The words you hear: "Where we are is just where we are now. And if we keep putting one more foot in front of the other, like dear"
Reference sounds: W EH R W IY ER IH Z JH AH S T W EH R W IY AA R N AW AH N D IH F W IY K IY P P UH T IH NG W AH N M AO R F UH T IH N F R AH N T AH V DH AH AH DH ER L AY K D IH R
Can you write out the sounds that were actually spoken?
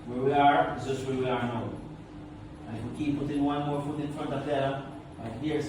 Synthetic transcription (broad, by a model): W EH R W IY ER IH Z JH AH S T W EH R W IY AA R N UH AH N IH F W IY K IY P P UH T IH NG W AH N M AO R F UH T IH N F R AH N T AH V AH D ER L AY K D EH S